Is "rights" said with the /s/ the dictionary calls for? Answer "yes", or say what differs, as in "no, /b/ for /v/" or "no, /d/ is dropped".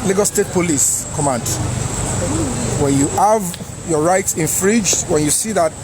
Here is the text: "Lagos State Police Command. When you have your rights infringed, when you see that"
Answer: yes